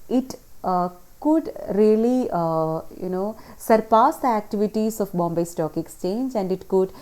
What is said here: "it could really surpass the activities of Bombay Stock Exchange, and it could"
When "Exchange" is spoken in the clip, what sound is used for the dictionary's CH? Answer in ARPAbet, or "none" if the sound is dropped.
CH